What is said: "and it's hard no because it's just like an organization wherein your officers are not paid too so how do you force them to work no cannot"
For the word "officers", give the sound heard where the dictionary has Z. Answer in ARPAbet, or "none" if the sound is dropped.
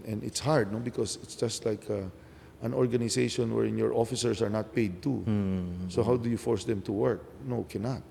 S